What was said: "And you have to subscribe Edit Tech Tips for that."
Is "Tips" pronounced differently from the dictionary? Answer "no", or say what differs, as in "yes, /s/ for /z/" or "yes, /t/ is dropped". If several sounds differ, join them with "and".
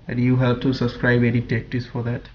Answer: yes, /p/ is dropped